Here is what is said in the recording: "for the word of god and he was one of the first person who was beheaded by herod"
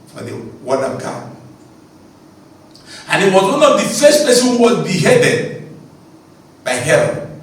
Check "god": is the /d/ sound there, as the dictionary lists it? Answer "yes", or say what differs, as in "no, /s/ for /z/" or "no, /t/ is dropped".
no, /d/ is dropped